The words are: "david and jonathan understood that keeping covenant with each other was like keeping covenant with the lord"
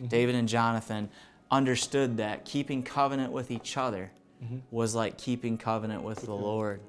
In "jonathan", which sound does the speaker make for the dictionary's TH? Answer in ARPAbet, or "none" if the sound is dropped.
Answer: TH